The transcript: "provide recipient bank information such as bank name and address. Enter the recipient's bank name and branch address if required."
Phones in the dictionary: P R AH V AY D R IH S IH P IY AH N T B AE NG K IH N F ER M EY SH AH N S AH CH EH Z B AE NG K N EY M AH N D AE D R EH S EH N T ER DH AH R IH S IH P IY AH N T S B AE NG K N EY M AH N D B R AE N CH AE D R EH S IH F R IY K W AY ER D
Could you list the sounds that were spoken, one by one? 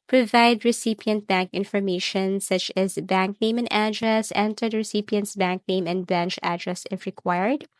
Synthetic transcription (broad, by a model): P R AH V AY D R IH S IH P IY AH N T B AE NG K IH N F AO M EY SH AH N S AH CH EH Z B AE NG K N EY M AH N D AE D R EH S EH N T ER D R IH S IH P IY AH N T S B AE NG K N EY M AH N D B EH N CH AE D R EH S IH F R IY K W AY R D